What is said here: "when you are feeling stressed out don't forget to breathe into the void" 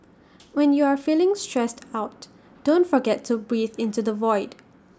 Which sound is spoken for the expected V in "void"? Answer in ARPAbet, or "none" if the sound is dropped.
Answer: V